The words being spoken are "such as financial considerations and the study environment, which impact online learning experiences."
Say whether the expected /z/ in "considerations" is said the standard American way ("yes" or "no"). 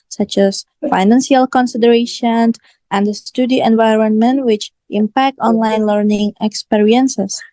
no